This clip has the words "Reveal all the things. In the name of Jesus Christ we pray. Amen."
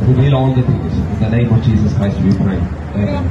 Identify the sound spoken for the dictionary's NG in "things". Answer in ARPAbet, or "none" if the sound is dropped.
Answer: none